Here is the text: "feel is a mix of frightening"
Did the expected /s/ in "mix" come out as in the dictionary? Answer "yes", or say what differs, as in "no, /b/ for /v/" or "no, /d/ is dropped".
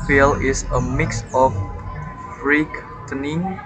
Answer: yes